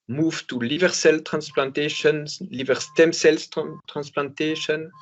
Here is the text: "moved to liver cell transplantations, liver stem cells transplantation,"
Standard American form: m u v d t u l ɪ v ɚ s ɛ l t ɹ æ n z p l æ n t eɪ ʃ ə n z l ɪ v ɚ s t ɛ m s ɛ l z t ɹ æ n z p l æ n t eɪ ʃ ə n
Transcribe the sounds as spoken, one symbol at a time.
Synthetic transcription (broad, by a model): m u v t u l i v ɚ s ɛ l t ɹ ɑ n s p l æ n t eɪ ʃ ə n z l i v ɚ s t ɛ m s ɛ l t t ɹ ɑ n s p l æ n t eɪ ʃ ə n